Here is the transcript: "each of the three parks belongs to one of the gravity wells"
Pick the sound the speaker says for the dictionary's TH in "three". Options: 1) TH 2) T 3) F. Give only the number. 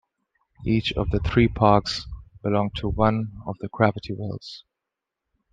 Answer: 1